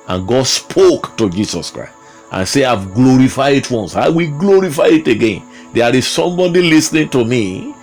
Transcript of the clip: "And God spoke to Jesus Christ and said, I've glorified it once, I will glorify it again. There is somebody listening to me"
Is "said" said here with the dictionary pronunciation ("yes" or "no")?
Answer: no